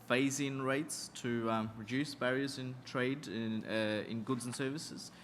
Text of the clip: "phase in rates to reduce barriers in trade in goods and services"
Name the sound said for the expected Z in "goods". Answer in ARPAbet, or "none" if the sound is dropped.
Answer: Z